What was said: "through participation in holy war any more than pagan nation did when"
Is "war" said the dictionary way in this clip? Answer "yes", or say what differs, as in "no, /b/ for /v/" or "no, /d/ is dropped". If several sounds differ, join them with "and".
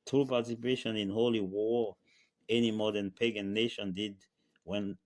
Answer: yes